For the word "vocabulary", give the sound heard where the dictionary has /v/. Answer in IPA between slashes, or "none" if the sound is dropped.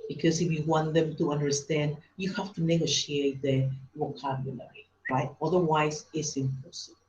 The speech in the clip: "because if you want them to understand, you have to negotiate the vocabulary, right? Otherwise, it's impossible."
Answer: /w/